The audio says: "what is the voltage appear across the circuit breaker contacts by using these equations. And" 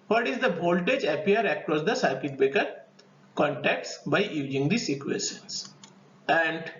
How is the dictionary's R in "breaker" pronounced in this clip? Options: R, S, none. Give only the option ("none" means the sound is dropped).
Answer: none